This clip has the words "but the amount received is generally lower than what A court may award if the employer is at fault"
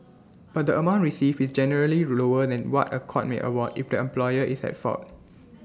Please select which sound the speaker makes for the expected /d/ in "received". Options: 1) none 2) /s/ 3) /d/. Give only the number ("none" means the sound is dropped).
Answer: 1